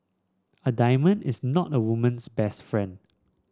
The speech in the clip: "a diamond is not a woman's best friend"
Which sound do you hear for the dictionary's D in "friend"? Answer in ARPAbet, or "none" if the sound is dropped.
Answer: D